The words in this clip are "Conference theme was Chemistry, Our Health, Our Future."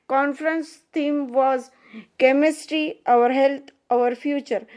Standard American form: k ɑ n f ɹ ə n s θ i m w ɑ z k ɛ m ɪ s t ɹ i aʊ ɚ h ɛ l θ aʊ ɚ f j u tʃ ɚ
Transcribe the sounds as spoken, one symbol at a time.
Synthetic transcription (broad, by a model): k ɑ n f ɹ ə n s t i m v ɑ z k ɛ m ɪ s t ɹ i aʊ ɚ h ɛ l t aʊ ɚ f j u tʃ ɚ